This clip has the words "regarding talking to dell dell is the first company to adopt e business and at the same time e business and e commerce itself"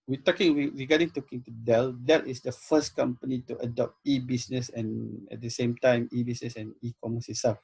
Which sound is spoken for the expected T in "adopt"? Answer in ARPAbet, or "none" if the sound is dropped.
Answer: T